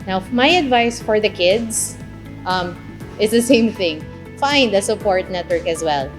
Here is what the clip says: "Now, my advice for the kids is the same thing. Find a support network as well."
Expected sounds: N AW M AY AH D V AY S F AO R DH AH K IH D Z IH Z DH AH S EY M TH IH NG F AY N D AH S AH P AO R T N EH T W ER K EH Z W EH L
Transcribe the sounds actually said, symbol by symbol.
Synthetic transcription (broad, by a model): N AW M AY AH D V AY S F AO R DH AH K IH D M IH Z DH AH S EY M TH IH NG F AY N D AH S AH P AO R T N EH T W ER K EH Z W EH L